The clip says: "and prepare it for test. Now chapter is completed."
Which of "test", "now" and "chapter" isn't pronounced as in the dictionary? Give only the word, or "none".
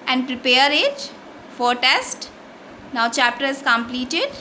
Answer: none